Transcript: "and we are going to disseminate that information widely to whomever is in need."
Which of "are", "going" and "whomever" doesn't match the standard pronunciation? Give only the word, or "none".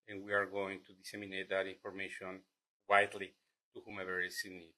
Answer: none